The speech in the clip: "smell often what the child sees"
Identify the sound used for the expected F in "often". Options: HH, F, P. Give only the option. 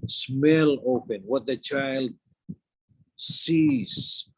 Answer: P